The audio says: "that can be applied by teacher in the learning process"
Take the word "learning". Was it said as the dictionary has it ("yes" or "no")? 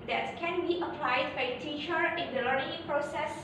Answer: no